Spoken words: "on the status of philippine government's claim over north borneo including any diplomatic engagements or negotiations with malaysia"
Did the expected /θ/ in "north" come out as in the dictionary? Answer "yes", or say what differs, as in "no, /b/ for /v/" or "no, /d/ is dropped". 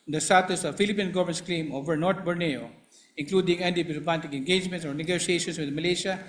no, /t/ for /θ/